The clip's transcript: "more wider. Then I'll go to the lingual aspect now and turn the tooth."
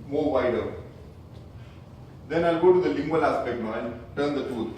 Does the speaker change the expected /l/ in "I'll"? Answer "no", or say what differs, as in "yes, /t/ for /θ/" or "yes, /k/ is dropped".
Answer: no